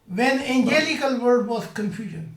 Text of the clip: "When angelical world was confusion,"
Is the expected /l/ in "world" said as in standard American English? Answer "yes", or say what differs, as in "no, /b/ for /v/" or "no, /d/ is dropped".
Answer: no, /l/ is dropped